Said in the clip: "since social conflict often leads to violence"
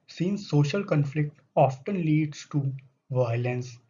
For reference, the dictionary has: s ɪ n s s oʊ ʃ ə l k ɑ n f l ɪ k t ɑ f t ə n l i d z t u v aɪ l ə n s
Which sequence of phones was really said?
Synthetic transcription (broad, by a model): s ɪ n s s oʊ ʃ ə l k ɑ n f l ɪ k t ɑ f t ə n l i d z t u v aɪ l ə n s